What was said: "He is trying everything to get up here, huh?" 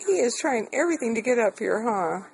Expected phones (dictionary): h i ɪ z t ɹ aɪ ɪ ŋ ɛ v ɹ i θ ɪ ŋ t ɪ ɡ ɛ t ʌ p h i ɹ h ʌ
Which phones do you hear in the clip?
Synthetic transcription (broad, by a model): h i ɪ z t ɹ aɪ ɪ ŋ ɛ v ɹ i θ ɪ ŋ t ɪ ɡ ɛ t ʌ p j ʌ ɹ h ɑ